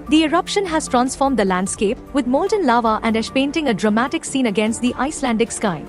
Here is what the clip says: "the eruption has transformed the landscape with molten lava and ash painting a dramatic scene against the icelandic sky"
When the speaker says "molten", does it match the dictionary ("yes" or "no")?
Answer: yes